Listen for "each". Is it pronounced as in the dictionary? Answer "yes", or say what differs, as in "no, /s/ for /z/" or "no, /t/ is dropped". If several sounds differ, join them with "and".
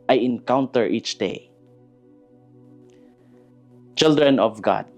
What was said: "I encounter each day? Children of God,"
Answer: yes